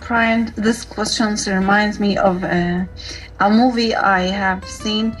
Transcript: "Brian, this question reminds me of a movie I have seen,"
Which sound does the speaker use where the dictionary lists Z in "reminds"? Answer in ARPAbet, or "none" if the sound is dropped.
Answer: Z